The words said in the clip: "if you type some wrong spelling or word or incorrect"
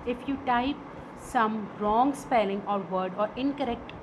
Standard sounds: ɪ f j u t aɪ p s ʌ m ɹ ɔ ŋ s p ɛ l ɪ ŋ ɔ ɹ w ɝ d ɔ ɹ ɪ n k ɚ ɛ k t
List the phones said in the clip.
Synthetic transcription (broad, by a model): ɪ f j u t aɪ p s ʌ m ɹ ɔ ŋ s p ɛ l ɪ ŋ ɔ ɹ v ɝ d ɔ ɹ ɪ n k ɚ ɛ k t